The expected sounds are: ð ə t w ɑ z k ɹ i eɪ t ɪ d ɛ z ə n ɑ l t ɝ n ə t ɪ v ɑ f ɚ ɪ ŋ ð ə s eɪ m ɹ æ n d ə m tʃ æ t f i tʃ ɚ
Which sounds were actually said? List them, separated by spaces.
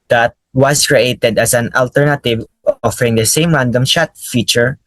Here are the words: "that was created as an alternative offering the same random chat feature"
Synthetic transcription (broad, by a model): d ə t w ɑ s k ɹ i eɪ t ɪ d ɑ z ə n ɑ l t ɝ n ə t ɪ v ɑ f ɚ ɪ ŋ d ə s eɪ m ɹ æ n d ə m ʃ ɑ t f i tʃ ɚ